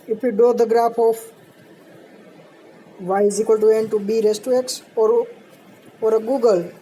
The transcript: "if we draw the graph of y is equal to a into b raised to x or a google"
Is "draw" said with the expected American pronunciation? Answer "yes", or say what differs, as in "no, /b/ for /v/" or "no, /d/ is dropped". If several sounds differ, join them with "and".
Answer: no, /ɹ/ is dropped